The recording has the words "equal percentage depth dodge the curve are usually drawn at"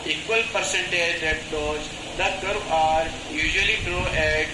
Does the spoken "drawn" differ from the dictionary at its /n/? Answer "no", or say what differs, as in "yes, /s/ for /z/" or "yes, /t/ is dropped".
yes, /n/ is dropped